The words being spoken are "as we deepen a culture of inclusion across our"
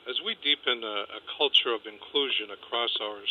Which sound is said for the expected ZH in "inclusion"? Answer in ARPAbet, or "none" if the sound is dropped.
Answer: ZH